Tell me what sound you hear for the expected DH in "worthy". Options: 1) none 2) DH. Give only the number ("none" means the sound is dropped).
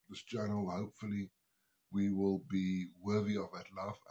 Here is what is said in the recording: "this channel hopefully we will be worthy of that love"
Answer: 2